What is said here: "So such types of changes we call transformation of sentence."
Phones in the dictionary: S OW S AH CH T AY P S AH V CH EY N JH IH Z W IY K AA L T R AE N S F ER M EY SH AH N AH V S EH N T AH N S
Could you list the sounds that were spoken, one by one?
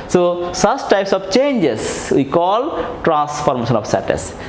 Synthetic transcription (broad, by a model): S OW S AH S T AY P S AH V CH EY N JH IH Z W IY K AA L T R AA N S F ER M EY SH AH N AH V S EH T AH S